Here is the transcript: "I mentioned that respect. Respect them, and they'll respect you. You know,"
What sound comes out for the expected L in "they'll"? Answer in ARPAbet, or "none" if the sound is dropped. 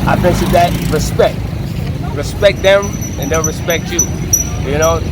N